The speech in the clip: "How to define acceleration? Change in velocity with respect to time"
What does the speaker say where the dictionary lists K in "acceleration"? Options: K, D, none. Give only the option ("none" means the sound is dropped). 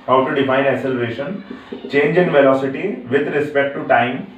none